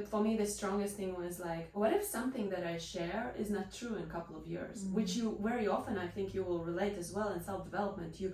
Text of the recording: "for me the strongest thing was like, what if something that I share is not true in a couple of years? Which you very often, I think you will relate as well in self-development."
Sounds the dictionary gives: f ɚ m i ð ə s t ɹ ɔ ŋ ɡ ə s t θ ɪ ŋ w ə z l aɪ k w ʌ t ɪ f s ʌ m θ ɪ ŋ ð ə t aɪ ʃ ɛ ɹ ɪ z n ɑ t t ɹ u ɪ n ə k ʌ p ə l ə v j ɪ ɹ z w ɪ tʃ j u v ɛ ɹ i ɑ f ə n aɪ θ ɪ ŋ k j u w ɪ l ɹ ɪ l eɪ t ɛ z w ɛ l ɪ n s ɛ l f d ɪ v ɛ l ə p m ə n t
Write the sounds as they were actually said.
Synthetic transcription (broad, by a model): f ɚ m i ð ə s t ɹ ɔ ŋ ɡ ə s t θ ɪ ŋ w ə z l aɪ k w ʌ t ɪ f s ʌ m θ ɪ ŋ ð ə t aɪ ʃ ɛ ɹ ɪ z n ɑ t t ɹ u ɪ n ə k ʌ p l ə v j ɪ ɹ z w ɪ tʃ j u v ɛ ɹ i ɑ f ə n aɪ θ ɪ ŋ k j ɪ w ɪ l ɹ ɪ l eɪ t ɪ z w ɛ l ɪ n s ɛ l f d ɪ v ɛ l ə p m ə n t